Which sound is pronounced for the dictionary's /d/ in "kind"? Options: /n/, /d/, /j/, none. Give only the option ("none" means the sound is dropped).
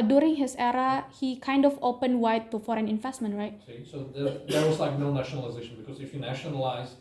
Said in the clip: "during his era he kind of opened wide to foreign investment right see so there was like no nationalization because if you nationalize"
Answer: /d/